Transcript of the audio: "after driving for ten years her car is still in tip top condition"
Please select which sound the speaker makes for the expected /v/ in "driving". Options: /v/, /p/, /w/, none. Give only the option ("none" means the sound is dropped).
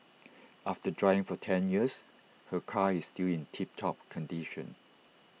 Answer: none